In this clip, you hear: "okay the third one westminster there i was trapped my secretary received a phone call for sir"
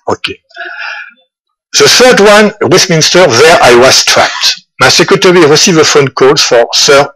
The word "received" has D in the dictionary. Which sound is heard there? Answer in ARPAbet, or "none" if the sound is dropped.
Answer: none